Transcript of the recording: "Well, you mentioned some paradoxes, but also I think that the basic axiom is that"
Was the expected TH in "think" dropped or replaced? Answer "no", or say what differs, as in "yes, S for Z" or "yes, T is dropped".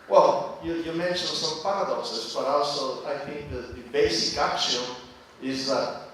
no